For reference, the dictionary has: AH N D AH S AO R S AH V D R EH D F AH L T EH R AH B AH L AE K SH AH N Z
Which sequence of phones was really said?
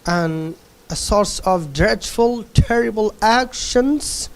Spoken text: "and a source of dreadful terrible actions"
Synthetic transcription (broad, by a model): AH N AH S AO R S AH V D R EH D F AH L T EH R AH B AH L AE K SH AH N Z